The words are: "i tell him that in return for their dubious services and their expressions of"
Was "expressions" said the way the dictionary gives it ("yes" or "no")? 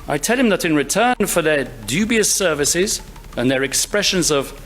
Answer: yes